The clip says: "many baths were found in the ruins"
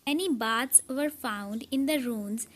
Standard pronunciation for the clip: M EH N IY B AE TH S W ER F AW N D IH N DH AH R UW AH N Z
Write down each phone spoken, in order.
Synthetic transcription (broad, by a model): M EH N IY B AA T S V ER F AW N D IH N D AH R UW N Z